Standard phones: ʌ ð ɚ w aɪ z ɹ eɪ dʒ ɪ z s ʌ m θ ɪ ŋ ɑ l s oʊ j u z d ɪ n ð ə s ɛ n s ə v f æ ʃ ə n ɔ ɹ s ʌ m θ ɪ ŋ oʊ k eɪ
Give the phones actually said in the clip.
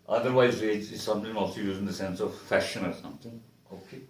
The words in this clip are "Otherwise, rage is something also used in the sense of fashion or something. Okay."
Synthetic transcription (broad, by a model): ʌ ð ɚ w aɪ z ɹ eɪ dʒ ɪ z s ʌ m t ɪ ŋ ɑ l s oʊ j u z ɪ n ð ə s ɛ n s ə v f æ ʃ ə n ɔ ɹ s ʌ m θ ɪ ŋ oʊ k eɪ